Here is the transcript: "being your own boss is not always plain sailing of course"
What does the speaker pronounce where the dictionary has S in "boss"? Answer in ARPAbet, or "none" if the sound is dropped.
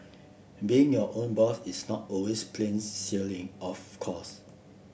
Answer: TH